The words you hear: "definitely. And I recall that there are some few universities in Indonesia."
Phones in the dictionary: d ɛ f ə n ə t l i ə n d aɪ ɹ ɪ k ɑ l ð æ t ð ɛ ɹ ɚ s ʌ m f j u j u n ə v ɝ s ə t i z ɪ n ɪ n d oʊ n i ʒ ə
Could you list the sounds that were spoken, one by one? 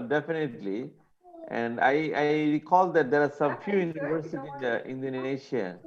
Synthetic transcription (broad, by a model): d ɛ f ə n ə t l i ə n d aɪ ɹ ɪ k ɑ l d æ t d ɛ ɹ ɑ s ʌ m f j u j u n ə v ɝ s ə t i ɪ n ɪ n d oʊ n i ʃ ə